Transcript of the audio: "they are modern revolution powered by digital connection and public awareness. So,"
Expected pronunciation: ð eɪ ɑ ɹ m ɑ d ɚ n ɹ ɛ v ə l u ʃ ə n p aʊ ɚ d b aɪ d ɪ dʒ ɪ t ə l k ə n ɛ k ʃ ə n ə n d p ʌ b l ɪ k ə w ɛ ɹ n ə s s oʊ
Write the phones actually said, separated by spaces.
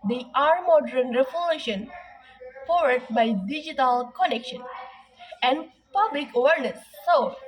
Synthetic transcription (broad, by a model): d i ɑ ɹ m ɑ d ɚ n ɹ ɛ f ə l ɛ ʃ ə n f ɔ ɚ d b aɪ d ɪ dʒ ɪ t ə l k ə n ɛ k ʃ ə n ə n d p ʌ b l ɪ k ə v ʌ ɹ n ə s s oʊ